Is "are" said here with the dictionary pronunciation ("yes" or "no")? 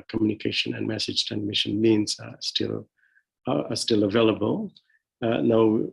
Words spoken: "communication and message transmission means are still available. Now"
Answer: no